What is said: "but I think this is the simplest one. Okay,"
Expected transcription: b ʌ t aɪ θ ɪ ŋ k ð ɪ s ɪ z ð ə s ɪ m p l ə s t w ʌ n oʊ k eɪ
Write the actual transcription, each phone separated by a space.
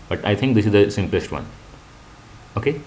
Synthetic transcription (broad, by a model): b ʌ t aɪ t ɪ ŋ k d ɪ s ɪ z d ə s ɪ m p l ə s t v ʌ n oʊ k eɪ